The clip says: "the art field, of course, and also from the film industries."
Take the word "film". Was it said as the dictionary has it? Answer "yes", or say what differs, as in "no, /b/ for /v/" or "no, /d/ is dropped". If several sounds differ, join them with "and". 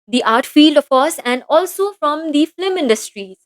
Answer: no, /l/ is dropped